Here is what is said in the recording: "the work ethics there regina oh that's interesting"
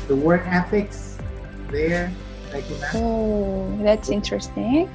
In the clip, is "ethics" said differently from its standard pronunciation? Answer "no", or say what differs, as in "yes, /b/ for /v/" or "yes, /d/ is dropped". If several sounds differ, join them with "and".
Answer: yes, /f/ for /θ/